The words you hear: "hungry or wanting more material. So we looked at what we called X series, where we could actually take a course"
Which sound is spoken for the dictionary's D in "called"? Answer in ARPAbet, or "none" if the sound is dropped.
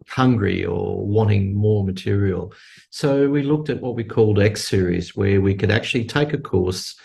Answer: D